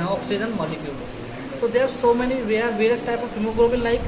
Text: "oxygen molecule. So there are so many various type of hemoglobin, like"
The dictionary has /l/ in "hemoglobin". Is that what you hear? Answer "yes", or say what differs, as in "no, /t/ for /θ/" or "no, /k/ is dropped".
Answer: no, /l/ is dropped